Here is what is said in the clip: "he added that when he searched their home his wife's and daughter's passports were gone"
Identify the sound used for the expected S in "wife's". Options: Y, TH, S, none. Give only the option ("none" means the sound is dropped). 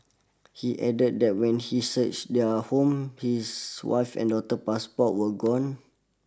none